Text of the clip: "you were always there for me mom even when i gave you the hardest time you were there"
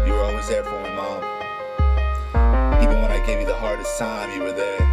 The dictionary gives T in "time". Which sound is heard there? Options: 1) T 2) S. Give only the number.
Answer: 2